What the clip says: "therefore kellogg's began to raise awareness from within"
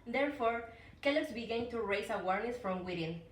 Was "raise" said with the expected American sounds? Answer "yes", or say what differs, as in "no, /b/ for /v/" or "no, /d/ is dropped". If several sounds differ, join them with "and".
no, /s/ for /z/